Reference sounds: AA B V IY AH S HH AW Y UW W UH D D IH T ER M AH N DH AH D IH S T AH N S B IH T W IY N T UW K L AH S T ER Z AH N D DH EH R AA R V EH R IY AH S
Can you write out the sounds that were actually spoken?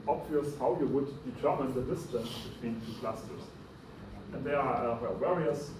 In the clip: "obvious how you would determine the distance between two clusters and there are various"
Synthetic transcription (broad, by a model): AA B V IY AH S HH AW Y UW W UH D D IH T ER M AH N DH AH D IH S T AH N S B IH T W IY N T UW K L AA S T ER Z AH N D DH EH W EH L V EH R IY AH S